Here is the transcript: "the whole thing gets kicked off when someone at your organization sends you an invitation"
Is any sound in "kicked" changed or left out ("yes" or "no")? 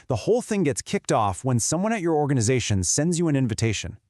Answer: no